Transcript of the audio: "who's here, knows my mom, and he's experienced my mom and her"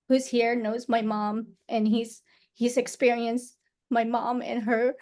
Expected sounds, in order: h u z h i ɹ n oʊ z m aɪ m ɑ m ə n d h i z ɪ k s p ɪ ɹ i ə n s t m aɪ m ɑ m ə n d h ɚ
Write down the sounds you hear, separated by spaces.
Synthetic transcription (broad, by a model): h u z h i ɹ n oʊ z m aɪ m ɑ m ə n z h i z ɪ k s p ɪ ɹ i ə n s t m aɪ m ɑ m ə n h ɚ